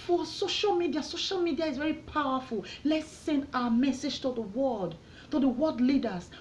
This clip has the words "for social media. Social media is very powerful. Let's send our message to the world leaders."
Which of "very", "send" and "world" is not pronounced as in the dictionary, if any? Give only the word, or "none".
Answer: world